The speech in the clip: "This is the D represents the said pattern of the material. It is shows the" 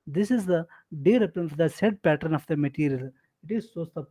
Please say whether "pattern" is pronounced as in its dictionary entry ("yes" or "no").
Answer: yes